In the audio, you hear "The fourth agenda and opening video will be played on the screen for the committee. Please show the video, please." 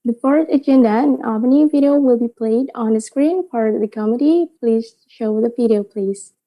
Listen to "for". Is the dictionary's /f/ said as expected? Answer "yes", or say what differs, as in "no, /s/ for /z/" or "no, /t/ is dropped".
no, /p/ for /f/